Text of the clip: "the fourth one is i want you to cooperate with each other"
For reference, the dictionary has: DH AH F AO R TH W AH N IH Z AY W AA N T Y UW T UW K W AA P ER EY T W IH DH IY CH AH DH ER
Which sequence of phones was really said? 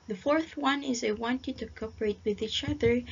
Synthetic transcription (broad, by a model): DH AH F AO R TH W AH N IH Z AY W AA N T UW T UW K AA P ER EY T W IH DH IY CH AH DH ER